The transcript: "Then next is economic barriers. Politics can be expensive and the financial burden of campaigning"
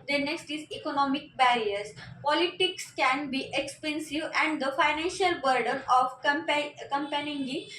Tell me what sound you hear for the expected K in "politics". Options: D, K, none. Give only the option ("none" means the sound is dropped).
K